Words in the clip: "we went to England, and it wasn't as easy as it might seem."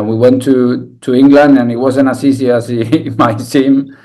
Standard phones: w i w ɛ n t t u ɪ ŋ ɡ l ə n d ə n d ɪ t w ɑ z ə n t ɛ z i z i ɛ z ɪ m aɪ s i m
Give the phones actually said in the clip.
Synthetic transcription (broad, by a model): w i w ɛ n t t u ɪ ŋ ɡ l ə n d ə n ɪ t w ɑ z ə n ɑ s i s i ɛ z ɪ m aɪ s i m